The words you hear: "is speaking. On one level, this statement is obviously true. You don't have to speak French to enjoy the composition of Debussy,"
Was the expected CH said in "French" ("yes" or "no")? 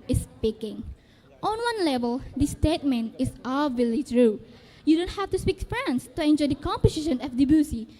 no